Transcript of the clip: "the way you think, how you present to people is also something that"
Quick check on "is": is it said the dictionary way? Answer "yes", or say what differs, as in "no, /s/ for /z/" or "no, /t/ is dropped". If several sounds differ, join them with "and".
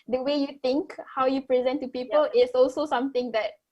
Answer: no, /s/ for /z/